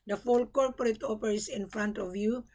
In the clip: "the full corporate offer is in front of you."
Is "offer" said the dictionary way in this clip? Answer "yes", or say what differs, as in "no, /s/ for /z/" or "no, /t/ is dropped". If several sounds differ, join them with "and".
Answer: no, /p/ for /f/